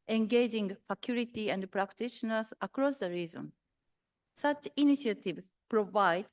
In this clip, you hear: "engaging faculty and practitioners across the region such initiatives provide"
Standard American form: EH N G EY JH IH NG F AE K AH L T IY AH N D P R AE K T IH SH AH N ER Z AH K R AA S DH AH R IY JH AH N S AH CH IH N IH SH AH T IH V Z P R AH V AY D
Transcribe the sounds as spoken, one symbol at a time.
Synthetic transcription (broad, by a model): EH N G EY JH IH NG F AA K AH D T IY AH N D P R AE K T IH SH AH N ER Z AH K R AA S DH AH R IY Z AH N S AH CH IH N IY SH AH T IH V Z P R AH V AY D